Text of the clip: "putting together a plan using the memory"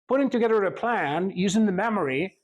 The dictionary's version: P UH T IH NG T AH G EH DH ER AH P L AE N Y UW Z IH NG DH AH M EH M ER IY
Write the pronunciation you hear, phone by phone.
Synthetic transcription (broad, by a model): P UH T IH NG T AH G EH DH ER AH P L AE N Y UW Z IH NG DH AH M EH M ER IY